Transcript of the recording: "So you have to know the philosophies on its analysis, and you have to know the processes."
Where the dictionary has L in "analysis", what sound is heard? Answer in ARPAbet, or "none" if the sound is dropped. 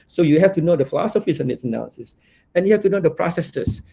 none